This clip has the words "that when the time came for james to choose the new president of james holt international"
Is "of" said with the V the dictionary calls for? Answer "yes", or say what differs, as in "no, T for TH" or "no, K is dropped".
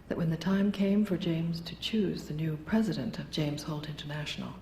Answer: yes